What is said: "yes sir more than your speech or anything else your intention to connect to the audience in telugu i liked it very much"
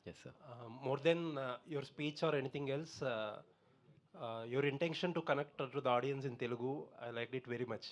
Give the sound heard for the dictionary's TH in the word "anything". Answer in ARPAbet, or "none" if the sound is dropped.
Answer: T